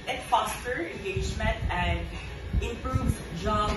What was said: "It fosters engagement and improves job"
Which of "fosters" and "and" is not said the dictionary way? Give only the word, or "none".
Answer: fosters